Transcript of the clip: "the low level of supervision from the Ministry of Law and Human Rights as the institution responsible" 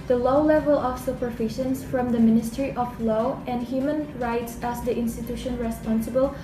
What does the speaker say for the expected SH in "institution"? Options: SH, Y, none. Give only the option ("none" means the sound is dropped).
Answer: SH